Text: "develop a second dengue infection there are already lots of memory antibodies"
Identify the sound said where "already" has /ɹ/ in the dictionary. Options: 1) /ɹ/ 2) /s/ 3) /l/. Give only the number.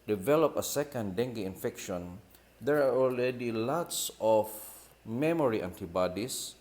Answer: 3